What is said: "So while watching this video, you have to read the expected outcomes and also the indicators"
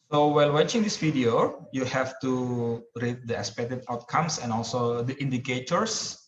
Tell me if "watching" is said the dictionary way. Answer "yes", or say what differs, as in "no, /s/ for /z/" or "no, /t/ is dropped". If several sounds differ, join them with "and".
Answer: yes